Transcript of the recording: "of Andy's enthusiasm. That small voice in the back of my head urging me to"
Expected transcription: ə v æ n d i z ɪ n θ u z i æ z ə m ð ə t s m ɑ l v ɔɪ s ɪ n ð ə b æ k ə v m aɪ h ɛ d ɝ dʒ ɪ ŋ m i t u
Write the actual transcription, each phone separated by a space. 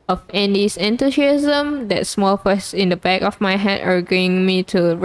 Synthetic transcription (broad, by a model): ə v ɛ n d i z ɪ n t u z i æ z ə m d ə t s m ɑ l f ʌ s ɪ n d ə b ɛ k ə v m aɪ h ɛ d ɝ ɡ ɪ ŋ m i t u